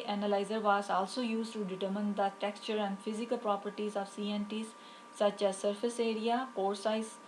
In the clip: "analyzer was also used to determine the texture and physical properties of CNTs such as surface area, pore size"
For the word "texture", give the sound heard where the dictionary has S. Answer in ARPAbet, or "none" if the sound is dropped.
S